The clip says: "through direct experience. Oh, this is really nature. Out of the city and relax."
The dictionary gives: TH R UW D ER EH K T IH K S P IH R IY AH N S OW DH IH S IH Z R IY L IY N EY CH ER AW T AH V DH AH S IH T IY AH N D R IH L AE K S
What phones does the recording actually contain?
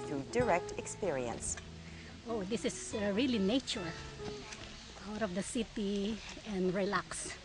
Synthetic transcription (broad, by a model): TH R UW D ER EH K T IH K S P IH R IY AH N S OW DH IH S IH S R IY L IY N EY CH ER AW T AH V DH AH S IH T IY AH N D R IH L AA K S